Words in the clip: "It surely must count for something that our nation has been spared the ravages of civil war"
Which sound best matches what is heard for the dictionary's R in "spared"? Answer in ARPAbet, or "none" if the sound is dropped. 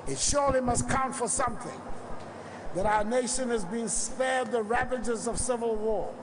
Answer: R